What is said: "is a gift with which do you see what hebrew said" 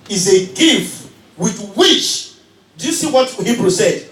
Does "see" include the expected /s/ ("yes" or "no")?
yes